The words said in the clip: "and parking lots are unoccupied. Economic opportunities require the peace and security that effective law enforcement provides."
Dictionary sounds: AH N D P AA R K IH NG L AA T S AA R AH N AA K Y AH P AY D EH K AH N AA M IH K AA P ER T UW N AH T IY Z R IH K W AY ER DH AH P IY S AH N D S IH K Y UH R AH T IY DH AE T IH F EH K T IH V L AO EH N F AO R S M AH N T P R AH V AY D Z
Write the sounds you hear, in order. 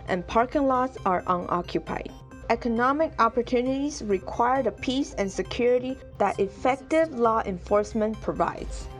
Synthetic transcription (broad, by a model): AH N P AA R K IH NG L AA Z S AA R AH N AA K Y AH P AY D EH K AH N AA M IH K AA P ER T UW N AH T IY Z R IH K W AY ER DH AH P IY S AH N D S IH K Y UH R AH T IY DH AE T IH F EH K T IH V L AO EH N F AO R S M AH N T P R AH V AY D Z